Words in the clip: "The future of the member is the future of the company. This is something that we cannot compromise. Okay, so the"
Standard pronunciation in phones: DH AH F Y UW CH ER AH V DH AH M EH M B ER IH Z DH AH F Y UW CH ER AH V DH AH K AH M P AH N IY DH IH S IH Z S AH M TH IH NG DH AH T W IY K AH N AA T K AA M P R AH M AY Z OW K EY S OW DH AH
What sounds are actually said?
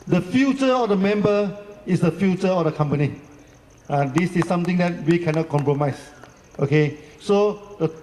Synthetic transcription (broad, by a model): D AH F Y UW CH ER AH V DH AH M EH M B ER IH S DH AH F Y UW CH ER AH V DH AH K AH M P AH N IY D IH S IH S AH M T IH NG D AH T W IY K AH N AA T K AA M P R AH M AY S OW K EY S OW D AH